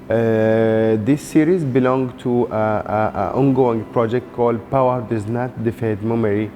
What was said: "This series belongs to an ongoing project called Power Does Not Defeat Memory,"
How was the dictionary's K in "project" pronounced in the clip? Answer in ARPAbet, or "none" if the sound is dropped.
K